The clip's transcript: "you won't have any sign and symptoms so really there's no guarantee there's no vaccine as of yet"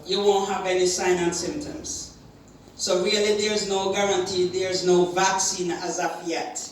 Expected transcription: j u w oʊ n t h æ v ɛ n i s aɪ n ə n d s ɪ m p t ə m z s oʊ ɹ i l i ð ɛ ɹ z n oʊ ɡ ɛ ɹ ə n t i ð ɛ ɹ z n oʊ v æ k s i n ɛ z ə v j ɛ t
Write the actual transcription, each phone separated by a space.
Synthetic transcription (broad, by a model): j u w oʊ n t h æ v ɛ n i s aɪ n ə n s ɪ m p t ə m z s oʊ ɹ i l i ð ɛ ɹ z n oʊ ɡ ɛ ɹ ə n t i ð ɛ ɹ z n oʊ v æ k s i n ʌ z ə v j ɛ t